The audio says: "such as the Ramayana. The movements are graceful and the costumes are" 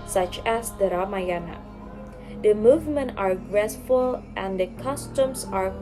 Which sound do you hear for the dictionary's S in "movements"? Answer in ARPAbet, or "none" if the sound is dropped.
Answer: none